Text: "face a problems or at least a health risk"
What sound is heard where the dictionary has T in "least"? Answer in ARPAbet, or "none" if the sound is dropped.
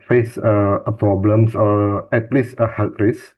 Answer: none